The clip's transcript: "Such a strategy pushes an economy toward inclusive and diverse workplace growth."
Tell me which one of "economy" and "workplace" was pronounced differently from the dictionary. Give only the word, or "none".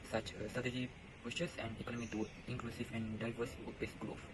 workplace